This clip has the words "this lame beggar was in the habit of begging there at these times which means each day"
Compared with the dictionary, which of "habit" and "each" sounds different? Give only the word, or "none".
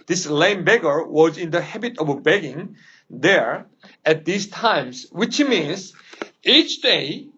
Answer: none